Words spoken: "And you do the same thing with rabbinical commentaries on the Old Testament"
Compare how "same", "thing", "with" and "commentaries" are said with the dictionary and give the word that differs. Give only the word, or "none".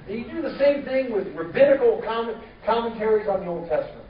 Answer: none